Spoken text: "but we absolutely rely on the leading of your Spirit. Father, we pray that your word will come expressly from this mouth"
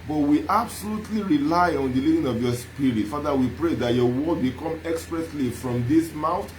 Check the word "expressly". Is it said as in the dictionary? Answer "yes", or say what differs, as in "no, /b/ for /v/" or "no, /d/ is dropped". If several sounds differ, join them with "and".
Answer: yes